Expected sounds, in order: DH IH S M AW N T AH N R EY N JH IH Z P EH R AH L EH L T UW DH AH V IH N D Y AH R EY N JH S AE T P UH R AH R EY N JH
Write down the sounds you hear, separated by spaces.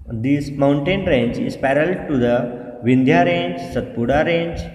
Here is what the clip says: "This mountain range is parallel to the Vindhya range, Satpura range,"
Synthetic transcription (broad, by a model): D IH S M AW N T AH N R EY N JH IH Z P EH R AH L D T UW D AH V IH N D Y AH R EY N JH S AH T P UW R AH R EY N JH